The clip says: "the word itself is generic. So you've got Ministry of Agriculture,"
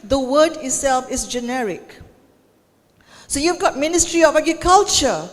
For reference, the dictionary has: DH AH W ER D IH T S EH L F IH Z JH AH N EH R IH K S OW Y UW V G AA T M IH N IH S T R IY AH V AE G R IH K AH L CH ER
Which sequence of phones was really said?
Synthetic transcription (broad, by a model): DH AH W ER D IH T S EH L F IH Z JH AH N EH R IH K S OW Y UW V G AA T M IH N IH S T R IY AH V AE G R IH K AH L CH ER